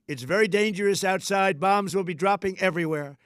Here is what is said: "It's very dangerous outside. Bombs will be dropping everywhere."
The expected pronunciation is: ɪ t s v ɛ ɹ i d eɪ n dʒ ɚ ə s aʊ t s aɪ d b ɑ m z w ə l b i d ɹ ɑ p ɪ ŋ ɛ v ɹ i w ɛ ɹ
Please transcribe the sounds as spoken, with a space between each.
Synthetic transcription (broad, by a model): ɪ t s v ɛ ɹ i d eɪ n dʒ ɚ ə s aʊ t s aɪ d b ɑ m z w ə l b i d ɹ ɑ p ɪ ŋ ɛ v ɹ i w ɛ ɹ